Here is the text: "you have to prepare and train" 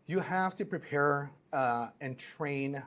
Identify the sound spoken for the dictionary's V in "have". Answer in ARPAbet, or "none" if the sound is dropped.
F